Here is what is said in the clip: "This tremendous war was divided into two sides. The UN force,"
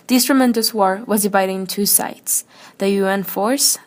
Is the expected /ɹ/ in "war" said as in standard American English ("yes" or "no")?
yes